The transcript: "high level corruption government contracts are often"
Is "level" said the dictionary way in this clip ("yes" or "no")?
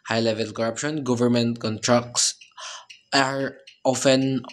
yes